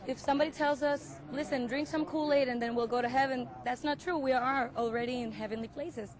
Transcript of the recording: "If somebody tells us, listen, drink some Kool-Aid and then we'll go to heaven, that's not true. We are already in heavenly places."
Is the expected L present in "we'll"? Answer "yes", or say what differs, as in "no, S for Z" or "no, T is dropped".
yes